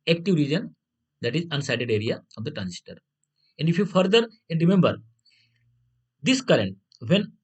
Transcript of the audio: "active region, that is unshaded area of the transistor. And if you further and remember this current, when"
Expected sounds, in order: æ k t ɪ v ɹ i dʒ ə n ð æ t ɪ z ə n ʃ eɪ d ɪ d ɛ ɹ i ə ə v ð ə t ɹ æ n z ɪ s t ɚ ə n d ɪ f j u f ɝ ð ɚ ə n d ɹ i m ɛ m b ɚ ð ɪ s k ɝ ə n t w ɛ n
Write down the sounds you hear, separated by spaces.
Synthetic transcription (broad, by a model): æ k t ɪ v ɹ i dʒ ə n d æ t ɪ z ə n s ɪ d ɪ d ɛ ɹ i ə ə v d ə t ɹ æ n s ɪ t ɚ ə n d ɪ f j u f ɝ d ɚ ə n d ɹ i m ɛ m b ɚ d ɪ s k ɝ ə n t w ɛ n